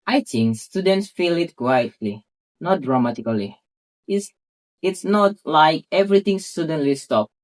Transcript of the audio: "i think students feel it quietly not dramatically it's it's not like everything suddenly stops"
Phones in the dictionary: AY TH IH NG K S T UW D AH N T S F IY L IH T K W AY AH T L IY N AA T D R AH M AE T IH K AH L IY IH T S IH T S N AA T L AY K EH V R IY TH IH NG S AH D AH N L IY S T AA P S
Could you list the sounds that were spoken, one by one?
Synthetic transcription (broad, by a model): AY T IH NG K S T UW D AH N T S F IY L IH T K W AY AH T L IY N AA T D R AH M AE T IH K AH L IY IH T S IH T S N AA T L AY K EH V R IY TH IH NG S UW D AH N L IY S T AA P